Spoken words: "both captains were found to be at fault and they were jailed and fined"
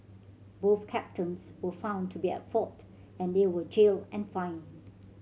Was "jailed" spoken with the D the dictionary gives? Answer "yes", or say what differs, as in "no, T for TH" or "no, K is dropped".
no, D is dropped